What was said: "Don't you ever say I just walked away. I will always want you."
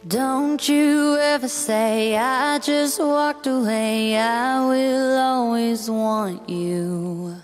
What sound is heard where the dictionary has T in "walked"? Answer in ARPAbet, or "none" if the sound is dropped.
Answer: T